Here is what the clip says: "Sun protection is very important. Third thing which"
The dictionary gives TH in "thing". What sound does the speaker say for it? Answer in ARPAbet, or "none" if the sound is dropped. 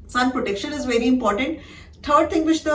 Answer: T